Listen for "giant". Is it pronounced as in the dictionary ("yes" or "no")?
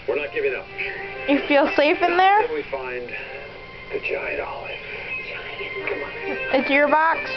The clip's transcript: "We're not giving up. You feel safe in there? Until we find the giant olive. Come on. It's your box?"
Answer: no